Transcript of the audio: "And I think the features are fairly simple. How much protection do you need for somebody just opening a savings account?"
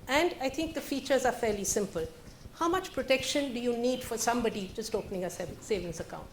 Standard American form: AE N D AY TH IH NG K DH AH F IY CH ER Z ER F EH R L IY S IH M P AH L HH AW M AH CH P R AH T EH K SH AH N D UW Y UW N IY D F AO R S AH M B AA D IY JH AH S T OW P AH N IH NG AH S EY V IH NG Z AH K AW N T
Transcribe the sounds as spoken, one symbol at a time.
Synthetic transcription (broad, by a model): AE N D AY T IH NG K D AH F IY CH ER Z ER F EH R L IY S IH M P AH L HH AW M AH CH P R AH T EH K SH AH N D UW Y UW N IY D F AO R S AH M B AA D IY JH AH S T OW P AH N IH NG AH S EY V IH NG S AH K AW N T